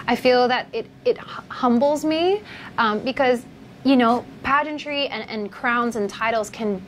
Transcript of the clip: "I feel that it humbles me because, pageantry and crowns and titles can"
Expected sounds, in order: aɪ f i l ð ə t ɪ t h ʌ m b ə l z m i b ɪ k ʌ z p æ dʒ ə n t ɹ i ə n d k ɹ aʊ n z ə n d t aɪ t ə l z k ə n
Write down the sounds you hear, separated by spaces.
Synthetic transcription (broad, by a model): aɪ f i l ð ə t ɪ t h ʌ m b l z m i b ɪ k ʌ z p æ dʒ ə n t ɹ i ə n k ɹ aʊ n z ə n t aɪ t l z k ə n